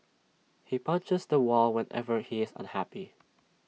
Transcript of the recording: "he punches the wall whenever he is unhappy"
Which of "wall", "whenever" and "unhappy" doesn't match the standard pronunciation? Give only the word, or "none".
none